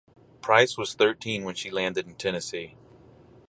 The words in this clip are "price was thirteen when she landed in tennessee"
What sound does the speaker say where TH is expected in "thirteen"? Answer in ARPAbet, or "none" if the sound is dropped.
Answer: TH